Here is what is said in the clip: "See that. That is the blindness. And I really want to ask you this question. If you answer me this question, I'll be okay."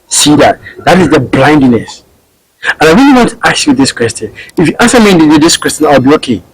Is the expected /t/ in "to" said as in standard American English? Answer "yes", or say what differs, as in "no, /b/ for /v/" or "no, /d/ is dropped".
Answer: yes